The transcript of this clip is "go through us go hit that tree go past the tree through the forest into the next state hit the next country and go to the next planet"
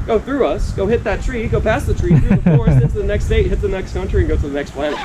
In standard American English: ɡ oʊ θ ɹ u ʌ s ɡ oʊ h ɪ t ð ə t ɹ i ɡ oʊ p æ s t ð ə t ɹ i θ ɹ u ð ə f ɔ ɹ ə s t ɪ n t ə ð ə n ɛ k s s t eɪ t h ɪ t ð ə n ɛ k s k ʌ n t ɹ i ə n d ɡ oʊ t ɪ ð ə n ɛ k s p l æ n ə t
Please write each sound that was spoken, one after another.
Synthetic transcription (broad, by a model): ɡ oʊ θ ɹ u ʌ s ɡ oʊ h ɪ t ð ə t ɹ i ɡ oʊ p æ s ð ə t ɹ i θ ɹ u ð ə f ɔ ɹ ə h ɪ t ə ð ə n ɛ k s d eɪ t h ɪ t ð ə n ɛ k s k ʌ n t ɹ i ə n ɡ oʊ t ɪ ð ə n ɛ k s p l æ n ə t